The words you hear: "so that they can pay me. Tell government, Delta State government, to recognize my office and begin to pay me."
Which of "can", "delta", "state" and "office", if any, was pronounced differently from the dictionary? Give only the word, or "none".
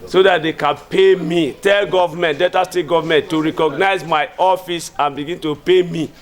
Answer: delta